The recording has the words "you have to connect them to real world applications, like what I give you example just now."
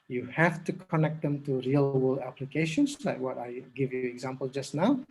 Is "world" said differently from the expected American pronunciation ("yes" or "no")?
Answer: yes